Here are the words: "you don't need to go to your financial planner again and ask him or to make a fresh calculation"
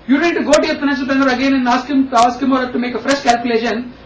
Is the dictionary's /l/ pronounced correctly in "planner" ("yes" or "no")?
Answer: no